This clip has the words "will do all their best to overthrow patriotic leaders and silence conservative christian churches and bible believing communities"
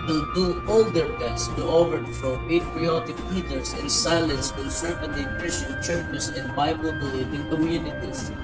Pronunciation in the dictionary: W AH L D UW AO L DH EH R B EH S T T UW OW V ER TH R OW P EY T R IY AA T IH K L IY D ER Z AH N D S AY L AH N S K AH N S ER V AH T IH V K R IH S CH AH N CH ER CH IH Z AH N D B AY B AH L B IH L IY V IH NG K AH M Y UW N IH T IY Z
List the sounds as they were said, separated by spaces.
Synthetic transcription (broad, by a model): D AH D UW AO L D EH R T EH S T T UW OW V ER F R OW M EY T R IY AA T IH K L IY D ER S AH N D S AY L AH N S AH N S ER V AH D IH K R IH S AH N CH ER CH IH S AH N D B AY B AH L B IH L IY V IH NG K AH M Y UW N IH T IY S